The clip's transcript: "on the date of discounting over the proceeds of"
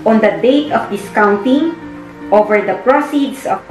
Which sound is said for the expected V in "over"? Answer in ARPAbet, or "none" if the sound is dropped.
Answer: V